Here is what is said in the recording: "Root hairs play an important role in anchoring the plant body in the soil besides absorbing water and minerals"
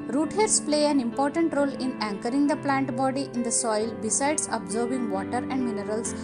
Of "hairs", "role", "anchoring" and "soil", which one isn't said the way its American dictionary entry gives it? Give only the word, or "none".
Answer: hairs